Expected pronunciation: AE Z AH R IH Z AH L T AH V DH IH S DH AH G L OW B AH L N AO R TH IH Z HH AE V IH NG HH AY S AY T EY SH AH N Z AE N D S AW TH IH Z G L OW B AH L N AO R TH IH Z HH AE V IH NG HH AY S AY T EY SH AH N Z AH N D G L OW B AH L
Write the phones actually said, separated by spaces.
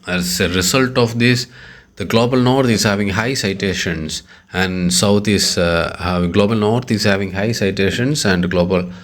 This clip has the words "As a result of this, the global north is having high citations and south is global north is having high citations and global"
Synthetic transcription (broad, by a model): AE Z AH R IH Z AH L T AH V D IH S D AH G L OW B AH L N AO R T IH Z HH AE V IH NG HH AY S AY T EY SH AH N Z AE N D S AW T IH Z G L OW B AH L N AO R T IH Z HH AE V IH NG HH AY S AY T EY SH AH N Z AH N D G L OW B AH L